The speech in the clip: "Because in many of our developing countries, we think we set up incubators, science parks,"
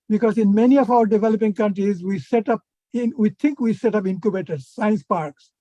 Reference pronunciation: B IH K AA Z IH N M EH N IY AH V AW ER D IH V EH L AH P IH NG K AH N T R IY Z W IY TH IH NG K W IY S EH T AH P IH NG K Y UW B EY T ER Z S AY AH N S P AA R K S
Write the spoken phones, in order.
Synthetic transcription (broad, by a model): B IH K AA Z IH N M EH N IY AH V AW ER D IH V EH L AH P IH NG K AH N T R IY Z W IY T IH NG K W IY S EH T AH P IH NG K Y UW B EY T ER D S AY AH N S P AA R K S